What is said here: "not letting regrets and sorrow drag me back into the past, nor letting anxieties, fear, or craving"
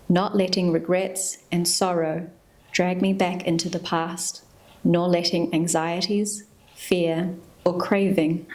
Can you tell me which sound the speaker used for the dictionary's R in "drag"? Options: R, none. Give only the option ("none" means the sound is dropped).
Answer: R